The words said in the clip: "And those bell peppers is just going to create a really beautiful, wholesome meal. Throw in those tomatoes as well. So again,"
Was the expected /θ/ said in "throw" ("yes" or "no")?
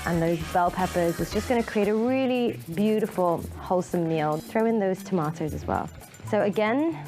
yes